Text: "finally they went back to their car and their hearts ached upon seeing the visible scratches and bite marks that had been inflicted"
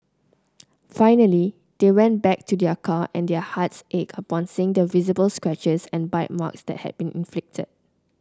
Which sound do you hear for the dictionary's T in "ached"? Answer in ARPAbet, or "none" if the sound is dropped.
none